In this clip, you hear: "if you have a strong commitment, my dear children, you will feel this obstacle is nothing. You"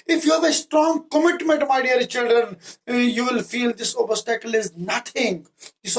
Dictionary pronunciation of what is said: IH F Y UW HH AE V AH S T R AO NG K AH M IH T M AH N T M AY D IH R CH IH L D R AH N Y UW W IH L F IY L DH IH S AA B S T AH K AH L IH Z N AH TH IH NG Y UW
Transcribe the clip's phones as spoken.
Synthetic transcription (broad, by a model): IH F Y UW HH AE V AH S T R AO NG K AH M IH T M AH N T M AY D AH R CH IH L D R AH N Y UW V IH L F IY L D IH S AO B S T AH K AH L IH Z N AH T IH NG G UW